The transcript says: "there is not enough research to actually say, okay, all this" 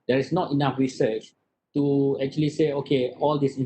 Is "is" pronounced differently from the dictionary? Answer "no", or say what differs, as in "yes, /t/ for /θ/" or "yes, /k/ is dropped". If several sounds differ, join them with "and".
yes, /s/ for /z/